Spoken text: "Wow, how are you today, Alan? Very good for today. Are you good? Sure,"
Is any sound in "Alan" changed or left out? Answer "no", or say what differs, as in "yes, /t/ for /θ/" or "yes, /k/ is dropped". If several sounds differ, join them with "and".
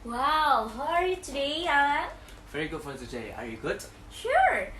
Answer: yes, /l/ is dropped